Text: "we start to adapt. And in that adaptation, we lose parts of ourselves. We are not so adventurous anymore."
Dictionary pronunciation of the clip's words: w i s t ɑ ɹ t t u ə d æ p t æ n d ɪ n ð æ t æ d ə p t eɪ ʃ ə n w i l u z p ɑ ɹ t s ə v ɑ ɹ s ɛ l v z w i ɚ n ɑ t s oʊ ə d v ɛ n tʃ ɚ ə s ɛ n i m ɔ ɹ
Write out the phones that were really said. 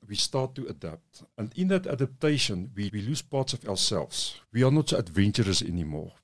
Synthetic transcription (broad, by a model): w i s t ɑ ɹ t t u ə d æ p t æ n d ɪ n ð æ t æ d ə p t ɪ ʃ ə n w i l u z p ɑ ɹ t s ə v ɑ w s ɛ l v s w i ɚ n ɑ t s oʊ ə d v ɛ n tʃ ɚ ə s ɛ n i m ɔ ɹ